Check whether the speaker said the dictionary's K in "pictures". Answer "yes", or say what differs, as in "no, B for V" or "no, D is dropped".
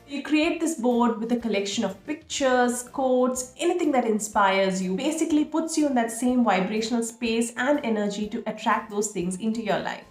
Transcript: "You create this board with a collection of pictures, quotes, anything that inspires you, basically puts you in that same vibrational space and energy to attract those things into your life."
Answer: yes